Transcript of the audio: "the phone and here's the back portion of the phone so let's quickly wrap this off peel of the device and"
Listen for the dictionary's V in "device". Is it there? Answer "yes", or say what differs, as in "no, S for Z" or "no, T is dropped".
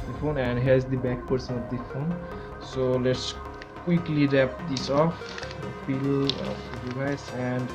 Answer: no, V is dropped